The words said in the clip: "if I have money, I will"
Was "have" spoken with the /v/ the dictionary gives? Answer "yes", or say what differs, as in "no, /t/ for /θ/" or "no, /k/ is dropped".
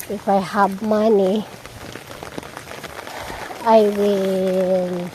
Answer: no, /b/ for /v/